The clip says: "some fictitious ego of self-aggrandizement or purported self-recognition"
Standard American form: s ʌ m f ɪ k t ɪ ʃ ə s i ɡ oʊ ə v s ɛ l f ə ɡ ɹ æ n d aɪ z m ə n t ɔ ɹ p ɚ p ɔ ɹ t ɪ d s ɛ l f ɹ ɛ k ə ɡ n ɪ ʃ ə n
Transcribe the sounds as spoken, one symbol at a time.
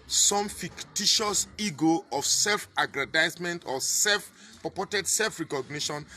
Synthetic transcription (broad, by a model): s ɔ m f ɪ k t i ʃ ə s i ɡ oʊ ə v s ɛ l f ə ɡ ɹ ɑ d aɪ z m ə n t ɔ l p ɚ p ɔ t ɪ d s ɛ l f ɹ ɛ k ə ɡ n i ʃ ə n